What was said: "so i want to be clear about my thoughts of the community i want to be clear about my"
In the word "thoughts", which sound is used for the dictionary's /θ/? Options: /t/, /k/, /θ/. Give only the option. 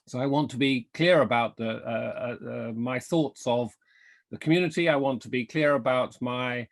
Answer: /θ/